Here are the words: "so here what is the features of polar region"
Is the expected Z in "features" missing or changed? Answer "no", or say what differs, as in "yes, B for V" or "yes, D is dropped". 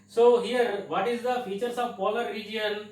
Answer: yes, S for Z